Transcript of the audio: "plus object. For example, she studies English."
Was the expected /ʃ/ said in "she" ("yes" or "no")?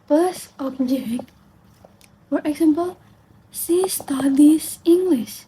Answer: no